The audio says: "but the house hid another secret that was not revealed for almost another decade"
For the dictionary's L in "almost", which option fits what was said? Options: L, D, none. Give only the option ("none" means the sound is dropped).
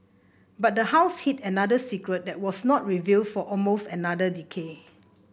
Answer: L